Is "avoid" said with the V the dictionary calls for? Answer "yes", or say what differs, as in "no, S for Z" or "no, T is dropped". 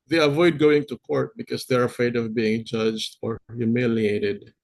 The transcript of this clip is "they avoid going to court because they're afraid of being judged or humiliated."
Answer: yes